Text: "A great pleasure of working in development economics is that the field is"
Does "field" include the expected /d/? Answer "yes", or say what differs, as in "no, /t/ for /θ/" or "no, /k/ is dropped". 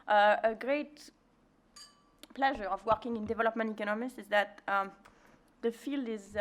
yes